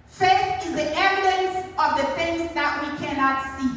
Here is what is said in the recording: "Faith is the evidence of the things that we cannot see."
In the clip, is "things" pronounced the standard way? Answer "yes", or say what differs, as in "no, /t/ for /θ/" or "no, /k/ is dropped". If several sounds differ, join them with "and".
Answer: no, /f/ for /θ/